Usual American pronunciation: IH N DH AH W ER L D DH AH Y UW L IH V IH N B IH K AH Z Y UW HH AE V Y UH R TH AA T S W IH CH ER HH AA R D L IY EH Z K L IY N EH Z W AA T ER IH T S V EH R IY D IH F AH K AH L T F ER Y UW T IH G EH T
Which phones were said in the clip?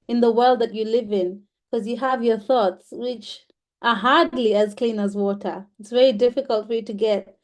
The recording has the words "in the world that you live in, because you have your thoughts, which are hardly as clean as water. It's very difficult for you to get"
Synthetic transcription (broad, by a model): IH N DH AH W ER L D DH AH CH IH L IH V IH N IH K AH Z Y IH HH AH V Y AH R TH AA T S W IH CH ER HH AA R D L IY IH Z K L IY N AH Z W AA T ER IH T S V EH R IY D IH F AH K AH L T F ER Y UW T IH G EH T